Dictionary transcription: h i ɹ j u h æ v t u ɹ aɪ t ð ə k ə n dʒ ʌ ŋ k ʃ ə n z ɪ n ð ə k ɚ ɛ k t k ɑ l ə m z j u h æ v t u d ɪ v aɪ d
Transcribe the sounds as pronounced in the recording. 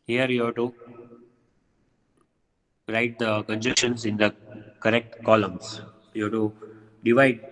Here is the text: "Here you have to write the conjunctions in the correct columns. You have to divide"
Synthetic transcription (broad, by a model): h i ɹ j u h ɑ t u ɹ aɪ t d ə k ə n dʒ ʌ k ʃ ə n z ɪ n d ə k ɚ ɛ k t k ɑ l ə m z j u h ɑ t u d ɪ v aɪ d